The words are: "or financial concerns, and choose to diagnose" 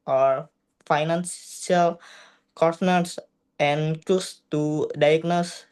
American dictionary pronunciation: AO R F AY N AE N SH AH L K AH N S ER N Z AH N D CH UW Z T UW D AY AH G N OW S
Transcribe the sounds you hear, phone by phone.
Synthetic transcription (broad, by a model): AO R F AY N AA N S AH L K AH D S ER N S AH N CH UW S T UW D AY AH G N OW S